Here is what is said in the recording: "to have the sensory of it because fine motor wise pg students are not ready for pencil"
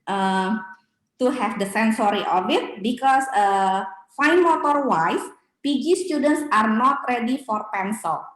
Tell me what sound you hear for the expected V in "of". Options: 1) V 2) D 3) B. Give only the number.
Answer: 3